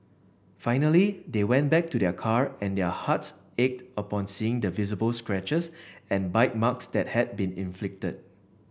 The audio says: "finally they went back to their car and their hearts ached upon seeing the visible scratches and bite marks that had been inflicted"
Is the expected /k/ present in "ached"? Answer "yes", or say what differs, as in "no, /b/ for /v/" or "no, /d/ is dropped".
yes